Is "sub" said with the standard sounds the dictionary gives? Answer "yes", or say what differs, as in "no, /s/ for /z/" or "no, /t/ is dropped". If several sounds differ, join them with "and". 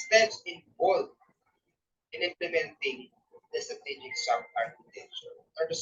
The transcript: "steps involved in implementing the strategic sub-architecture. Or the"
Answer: no, /b/ is dropped